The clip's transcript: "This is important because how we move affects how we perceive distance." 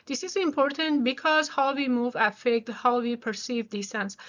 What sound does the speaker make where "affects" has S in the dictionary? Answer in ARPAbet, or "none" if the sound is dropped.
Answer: none